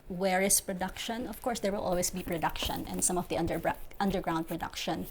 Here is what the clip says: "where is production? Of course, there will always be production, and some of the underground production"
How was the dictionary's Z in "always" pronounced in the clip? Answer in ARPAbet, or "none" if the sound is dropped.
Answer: S